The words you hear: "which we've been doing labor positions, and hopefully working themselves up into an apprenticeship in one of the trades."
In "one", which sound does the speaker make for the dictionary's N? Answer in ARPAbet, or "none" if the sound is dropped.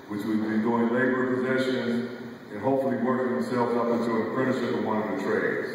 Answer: none